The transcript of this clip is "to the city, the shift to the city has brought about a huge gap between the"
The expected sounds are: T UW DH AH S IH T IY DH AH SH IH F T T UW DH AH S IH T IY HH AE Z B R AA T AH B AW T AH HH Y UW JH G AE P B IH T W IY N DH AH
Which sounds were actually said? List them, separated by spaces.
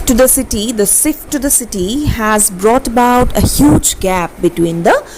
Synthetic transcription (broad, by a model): T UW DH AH S IH T IY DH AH S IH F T T UW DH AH S IH T IY HH AE Z B R AA T AH B AW T AH HH Y UW JH G AE P B IH T W IY N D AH